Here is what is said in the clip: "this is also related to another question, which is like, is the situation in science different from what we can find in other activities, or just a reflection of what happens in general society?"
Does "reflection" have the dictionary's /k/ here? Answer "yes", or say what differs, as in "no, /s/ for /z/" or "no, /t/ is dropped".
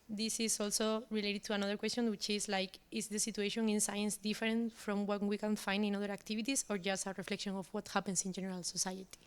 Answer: yes